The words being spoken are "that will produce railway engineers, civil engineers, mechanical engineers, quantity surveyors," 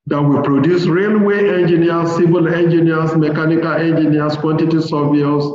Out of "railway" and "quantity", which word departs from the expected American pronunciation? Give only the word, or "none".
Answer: none